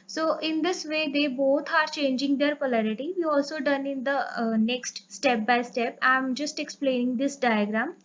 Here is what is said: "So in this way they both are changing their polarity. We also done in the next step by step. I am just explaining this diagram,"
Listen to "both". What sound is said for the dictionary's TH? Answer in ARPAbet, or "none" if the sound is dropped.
T